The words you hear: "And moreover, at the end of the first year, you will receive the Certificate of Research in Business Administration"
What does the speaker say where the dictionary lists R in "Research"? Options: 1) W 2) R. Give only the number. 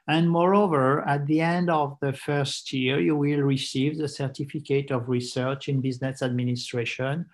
2